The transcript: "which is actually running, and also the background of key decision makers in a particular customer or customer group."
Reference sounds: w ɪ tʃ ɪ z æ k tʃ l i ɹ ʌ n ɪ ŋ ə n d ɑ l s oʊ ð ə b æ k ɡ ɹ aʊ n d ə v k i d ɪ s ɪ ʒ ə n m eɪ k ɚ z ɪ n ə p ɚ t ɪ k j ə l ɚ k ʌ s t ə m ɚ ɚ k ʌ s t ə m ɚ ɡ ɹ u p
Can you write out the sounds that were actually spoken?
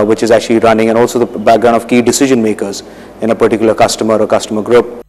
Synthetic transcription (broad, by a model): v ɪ tʃ ɪ z æ k tʃ l i ɹ ʌ n ɪ ŋ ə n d ɑ l s oʊ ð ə b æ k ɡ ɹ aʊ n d ə v k i d ɪ s ɪ ʒ ə n m eɪ k ɚ z ɪ n ə p ɚ t ɪ k j ə l ɚ k ʌ s t ə m ɚ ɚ k ʌ s t ə m ɚ ɡ ɹ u p